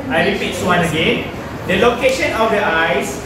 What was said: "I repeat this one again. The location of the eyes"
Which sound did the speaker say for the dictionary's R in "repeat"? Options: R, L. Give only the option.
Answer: L